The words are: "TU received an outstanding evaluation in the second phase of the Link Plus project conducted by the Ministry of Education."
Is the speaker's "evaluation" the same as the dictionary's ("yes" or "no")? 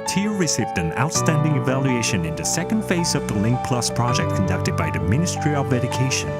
yes